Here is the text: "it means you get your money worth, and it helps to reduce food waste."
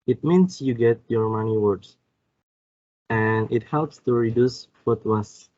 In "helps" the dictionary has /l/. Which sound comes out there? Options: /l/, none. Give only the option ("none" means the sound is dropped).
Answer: /l/